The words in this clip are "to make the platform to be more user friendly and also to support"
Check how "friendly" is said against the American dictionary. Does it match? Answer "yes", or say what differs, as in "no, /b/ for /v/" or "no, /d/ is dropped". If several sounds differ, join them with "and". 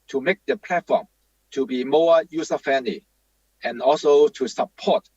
no, /ɹ/ is dropped